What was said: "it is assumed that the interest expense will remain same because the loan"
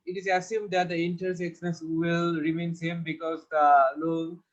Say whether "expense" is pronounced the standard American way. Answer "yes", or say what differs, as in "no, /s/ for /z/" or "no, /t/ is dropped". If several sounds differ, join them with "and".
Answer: no, /n/ is dropped